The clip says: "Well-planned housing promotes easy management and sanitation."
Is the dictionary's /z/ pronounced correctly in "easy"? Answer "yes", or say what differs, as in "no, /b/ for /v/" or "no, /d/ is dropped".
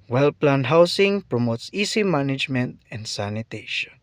no, /s/ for /z/